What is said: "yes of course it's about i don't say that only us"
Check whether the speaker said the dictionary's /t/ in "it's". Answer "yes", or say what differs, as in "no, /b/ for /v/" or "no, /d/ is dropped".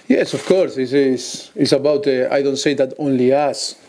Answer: no, /s/ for /t/